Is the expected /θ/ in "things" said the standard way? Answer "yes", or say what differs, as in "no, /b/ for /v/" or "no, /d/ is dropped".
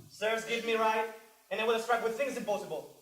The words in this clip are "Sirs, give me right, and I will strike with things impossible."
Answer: yes